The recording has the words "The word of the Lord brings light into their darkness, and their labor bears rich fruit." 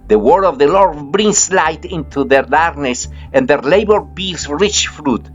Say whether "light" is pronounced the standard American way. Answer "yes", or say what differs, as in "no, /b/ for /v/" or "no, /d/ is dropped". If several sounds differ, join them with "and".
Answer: yes